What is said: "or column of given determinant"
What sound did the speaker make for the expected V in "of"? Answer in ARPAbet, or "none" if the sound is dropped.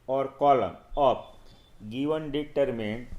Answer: P